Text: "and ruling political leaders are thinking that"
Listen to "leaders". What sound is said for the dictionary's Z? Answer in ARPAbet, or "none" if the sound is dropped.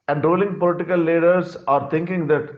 S